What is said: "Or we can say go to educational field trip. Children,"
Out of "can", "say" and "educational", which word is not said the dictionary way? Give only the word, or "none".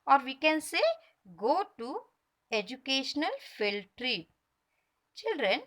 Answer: none